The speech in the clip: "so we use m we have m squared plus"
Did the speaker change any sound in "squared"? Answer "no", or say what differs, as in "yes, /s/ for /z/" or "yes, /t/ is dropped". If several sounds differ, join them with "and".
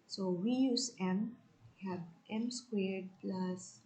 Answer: no